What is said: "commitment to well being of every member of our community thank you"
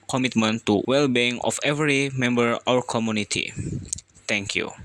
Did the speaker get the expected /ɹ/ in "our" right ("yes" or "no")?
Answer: no